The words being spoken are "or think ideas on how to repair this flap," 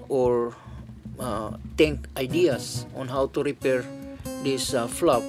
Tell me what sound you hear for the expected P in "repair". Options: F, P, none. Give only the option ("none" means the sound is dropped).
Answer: P